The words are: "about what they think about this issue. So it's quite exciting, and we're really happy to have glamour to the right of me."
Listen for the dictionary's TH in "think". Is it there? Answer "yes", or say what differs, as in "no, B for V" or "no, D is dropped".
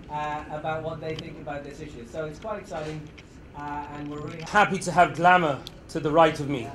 yes